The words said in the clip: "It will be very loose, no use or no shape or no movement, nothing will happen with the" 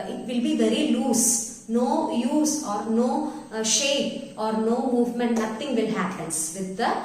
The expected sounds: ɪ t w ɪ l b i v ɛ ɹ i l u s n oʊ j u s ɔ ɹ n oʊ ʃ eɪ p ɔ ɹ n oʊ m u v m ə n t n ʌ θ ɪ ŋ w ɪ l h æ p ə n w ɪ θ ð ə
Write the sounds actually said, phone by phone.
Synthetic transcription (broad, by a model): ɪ t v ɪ l b i v ɛ ɹ i l u s n oʊ j u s ɔ ɹ n oʊ ʃ eɪ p ɔ ɹ n oʊ m u v m ə n t n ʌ t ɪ ŋ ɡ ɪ l h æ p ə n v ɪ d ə